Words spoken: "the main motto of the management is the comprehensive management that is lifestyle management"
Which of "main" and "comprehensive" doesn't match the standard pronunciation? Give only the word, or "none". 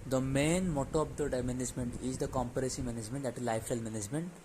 comprehensive